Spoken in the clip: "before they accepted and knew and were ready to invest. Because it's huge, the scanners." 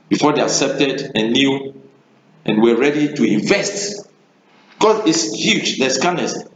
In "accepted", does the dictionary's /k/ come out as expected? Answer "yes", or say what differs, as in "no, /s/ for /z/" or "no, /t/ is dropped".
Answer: yes